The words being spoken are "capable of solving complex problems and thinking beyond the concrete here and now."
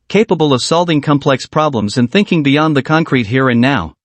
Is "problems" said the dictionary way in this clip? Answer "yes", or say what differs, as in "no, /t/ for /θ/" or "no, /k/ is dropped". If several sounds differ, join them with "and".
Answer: yes